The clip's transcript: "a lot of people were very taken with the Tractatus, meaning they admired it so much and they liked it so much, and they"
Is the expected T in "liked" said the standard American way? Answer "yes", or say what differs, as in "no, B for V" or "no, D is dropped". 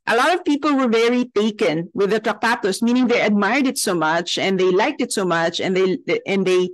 yes